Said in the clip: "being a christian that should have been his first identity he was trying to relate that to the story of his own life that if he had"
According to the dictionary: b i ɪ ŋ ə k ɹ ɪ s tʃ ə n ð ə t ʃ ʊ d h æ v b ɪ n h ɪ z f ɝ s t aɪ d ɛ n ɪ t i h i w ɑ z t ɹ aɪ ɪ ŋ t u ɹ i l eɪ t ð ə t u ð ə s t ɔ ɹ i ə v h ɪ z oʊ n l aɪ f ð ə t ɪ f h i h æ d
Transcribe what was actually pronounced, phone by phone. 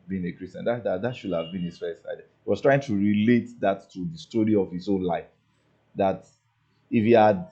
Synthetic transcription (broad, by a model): b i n ə k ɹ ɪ s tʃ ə n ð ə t ʃ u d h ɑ v b ɪ n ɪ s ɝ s aɪ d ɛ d h i w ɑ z t ɹ aɪ ɪ ŋ t u ɹ i l eɪ t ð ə t u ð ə s t ɔ ɹ i ə v h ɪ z oʊ n l aɪ f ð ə t ɪ f h i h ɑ d